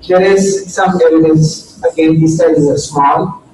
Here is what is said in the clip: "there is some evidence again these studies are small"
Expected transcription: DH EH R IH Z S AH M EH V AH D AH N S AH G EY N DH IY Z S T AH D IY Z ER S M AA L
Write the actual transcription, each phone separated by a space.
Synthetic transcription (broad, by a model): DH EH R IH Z S AH M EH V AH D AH N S AH G EY N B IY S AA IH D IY ER S M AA L